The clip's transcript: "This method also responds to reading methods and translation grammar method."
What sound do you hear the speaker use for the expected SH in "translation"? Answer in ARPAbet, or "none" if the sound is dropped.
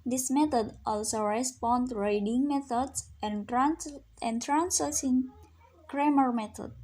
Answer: S